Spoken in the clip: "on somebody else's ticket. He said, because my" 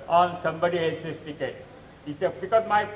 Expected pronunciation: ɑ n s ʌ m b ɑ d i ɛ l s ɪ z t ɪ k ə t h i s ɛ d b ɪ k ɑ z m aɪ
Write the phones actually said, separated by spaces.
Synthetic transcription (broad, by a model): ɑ n s ʌ m b ɑ d i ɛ l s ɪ s t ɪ k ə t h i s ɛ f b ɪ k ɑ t m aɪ